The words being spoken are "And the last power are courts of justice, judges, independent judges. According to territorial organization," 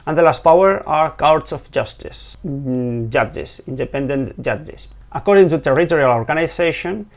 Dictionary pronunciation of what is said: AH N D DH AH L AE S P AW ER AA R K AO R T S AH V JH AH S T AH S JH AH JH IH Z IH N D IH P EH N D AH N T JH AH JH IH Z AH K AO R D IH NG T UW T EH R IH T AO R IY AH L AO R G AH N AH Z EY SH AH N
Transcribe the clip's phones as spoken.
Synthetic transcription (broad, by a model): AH N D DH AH L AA S P AW ER AA R K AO W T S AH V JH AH S T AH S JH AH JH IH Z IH N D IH P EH N D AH N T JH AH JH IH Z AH K AO R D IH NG T UW T EH R IH T AO R IY AH L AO R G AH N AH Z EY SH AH N